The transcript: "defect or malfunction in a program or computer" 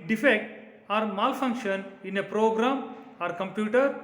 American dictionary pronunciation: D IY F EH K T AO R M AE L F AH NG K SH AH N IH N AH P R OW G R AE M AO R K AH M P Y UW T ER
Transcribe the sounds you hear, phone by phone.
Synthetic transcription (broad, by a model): D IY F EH K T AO R M AE L F AH NG K SH AH N IH N AH P R OW G R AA M AO R K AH M P Y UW T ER